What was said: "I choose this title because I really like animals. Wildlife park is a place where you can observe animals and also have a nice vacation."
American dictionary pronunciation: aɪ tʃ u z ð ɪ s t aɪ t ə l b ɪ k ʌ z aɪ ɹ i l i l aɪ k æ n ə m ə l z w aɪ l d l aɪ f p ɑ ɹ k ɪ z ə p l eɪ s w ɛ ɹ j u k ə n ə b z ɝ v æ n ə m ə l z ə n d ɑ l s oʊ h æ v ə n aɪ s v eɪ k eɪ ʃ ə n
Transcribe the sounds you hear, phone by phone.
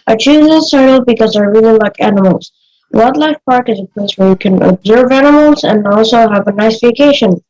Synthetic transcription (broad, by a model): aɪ tʃ u z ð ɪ s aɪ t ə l b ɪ k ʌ z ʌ ɹ i l i l aɪ k æ n ə m ə l z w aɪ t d l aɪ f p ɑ ɹ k ɪ z ə p l eɪ s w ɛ ɹ j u k ə n ə b z ɝ v æ n ə m ə l z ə n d ɑ l s oʊ h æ v ə n aɪ s v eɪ k eɪ ʃ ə n